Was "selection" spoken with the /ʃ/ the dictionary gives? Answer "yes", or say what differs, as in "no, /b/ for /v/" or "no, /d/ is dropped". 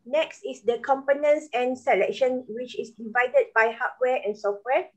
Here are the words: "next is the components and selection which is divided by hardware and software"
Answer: yes